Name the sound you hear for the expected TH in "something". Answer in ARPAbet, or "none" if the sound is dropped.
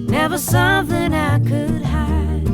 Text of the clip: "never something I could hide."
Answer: TH